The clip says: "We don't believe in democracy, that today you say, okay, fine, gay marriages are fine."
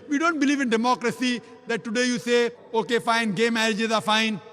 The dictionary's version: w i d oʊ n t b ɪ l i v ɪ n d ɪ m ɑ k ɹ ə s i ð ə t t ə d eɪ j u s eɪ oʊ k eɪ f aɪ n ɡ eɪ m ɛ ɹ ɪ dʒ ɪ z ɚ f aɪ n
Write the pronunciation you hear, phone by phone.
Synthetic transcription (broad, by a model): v i d oʊ n t b ɪ l i v ɪ n d ɪ m ɑ k ɹ ə s i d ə t t ə d eɪ j u s eɪ oʊ k eɪ f aɪ n ɡ eɪ m ɛ ɹ ɪ dʒ ɪ z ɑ f aɪ n